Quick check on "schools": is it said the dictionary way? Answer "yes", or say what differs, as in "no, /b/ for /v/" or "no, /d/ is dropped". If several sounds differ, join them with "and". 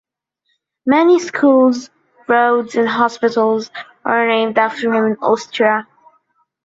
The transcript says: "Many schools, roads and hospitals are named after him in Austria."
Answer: yes